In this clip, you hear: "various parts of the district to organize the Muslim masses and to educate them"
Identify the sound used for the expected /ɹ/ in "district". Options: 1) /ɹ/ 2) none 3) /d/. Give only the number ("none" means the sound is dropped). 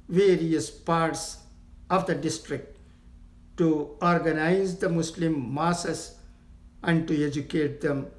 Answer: 1